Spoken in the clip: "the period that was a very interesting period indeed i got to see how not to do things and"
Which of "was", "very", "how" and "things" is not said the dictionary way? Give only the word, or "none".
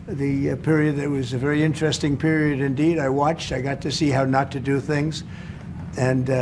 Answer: none